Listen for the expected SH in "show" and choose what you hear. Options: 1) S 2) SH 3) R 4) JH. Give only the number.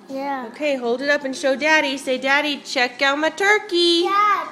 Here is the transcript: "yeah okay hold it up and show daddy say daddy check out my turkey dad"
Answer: 2